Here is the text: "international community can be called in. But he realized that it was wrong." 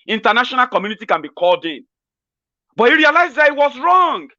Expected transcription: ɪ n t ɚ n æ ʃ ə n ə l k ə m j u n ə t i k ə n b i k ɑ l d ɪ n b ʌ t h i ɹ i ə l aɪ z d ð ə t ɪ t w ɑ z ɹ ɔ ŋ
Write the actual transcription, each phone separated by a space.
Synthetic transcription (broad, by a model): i n t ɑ n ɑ ʃ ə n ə l k ə m j u n ə t i k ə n b i k ɑ l d ɪ n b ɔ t h i ɹ i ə l aɪ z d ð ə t ɪ t w ɑ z ɹ ɔ ŋ